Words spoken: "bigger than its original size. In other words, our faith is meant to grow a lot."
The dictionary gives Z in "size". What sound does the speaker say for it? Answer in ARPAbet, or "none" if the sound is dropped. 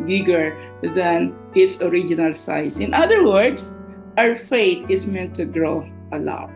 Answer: S